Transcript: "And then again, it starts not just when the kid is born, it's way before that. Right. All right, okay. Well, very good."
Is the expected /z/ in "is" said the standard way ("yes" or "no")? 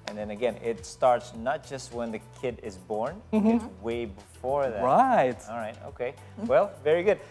yes